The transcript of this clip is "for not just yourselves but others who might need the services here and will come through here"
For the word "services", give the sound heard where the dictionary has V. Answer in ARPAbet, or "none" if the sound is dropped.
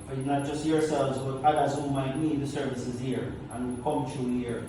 V